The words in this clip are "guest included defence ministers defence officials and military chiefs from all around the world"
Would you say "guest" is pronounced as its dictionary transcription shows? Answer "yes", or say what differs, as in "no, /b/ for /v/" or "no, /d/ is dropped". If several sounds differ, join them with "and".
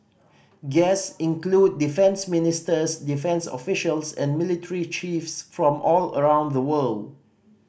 no, /t/ is dropped